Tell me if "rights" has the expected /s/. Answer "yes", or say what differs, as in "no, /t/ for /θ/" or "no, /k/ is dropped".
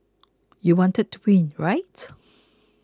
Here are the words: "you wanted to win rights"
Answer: no, /s/ is dropped